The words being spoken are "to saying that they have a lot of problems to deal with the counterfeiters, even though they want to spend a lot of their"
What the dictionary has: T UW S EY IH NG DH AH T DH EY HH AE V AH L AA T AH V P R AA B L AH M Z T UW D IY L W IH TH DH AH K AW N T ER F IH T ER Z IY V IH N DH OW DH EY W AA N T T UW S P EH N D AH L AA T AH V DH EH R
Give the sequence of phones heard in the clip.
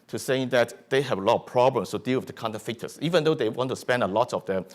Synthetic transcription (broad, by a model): T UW S EY IH NG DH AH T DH EY HH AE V AH L AA T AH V P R AA B L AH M S T UW D IY L W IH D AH K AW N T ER F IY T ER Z IY V IH N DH OW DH EY W AA N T T UW S P EH N D AH L AA T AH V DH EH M